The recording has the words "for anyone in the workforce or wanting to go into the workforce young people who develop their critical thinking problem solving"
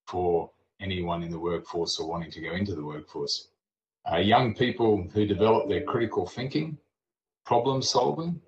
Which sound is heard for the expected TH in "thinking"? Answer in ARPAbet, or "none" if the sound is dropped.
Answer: TH